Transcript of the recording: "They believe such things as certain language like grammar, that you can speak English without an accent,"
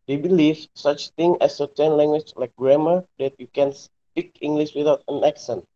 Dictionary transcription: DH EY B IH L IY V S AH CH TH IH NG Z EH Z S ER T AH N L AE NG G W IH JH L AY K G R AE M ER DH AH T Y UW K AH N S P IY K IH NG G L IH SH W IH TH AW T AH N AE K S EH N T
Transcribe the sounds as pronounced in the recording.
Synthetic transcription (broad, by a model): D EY B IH L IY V S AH CH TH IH NG EH S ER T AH N L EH NG G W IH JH L AY K G R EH M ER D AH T Y UW K AH N S P IY K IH NG G L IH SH W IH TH AW T AH N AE K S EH N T